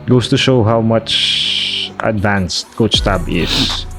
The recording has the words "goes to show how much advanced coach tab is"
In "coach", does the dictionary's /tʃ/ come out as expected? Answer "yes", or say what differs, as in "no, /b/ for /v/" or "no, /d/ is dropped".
no, /s/ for /tʃ/